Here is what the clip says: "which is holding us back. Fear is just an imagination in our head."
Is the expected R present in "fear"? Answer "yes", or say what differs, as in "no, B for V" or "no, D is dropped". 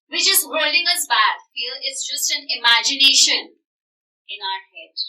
no, L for R